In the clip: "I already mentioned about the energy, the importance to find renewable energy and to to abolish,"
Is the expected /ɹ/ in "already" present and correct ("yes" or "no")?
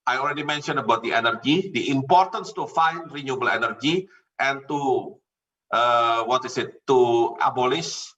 no